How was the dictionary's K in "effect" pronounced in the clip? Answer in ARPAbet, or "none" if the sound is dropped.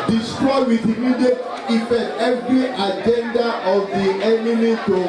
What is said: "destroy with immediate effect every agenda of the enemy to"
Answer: none